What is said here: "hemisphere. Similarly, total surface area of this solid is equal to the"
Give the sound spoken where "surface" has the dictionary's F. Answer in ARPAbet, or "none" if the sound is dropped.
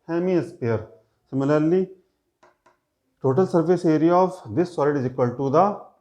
P